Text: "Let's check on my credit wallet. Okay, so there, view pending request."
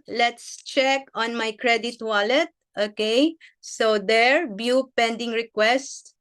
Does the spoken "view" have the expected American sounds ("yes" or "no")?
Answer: no